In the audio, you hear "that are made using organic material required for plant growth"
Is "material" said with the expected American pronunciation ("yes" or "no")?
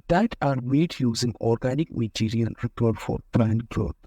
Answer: no